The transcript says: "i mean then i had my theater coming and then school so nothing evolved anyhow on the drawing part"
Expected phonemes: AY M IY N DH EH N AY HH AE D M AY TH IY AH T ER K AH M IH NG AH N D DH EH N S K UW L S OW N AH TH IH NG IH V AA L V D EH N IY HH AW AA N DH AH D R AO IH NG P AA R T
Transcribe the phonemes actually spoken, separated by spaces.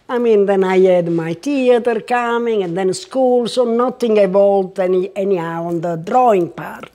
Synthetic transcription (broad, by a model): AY M IY N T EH N AY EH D M AY T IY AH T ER K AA M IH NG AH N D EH N S K UW L S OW N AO T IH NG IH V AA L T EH N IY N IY AA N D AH D R AO IH NG P AA R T